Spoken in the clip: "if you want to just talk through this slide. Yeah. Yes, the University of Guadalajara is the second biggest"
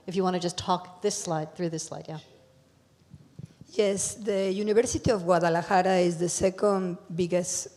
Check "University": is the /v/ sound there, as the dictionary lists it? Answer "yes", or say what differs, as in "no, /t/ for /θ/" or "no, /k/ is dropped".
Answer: no, /b/ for /v/